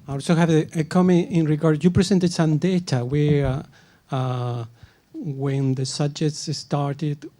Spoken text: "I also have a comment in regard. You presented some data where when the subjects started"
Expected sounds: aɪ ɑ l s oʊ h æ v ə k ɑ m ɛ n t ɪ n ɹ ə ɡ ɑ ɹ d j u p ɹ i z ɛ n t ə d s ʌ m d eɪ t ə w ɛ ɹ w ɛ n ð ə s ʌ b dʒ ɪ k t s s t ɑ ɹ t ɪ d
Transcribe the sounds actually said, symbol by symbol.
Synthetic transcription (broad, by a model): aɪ ɑ l s oʊ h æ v ə k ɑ m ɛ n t ɪ n ɹ ə ɡ ɑ ɹ d j u p ɹ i s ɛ n t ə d s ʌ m d eɪ t ə w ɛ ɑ w ɛ n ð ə s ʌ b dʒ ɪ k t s s t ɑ ɹ t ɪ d